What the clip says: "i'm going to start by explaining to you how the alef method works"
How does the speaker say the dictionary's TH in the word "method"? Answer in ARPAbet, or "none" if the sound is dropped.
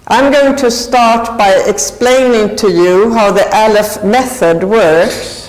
TH